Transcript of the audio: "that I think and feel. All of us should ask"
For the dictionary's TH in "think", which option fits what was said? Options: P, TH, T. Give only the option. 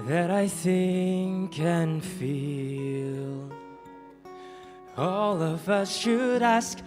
TH